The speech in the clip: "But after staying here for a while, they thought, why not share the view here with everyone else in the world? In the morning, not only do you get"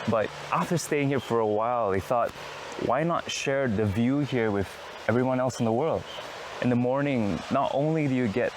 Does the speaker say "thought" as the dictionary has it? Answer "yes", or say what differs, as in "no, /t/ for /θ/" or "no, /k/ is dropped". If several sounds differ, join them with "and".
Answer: yes